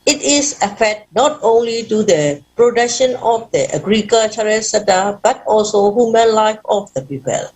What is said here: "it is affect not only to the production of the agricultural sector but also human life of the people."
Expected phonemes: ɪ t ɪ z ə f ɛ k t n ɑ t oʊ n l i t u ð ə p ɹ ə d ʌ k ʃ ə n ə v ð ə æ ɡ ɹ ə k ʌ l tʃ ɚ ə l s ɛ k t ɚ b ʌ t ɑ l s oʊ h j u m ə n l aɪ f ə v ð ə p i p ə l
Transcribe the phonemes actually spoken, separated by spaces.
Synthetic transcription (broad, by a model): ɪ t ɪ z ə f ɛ t n ɑ t oʊ n l i t u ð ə p ɹ ə d ʌ k ʃ ə n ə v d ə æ ɡ ɹ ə k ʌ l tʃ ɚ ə s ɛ t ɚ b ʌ t ɑ l s oʊ h j u m ə n l aɪ f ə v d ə p i p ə l